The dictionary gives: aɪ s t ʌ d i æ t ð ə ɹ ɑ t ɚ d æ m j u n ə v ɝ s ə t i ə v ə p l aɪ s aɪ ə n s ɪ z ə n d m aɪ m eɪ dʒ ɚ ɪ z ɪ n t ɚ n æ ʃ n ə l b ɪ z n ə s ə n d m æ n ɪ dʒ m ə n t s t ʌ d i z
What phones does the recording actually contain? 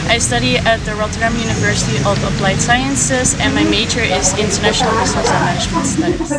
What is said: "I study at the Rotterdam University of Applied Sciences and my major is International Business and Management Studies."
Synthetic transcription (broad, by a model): aɪ s t ʌ d i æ t ð ə ɹ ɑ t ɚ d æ m j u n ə v ɝ s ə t i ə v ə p l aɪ s aɪ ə n s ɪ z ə n m aɪ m eɪ tʃ ɚ ɪ z ɪ n t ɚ n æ ʃ n l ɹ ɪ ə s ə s m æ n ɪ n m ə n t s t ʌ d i